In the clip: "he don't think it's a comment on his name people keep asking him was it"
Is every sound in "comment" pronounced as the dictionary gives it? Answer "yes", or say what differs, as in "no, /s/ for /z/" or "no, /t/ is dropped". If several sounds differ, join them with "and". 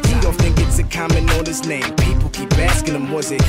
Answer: no, /t/ is dropped